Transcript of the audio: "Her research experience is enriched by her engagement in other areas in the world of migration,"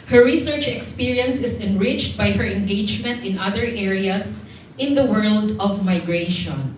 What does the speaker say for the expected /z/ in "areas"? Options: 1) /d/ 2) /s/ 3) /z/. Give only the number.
2